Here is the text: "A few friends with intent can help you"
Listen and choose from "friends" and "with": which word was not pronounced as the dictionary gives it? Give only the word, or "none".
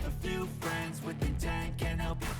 none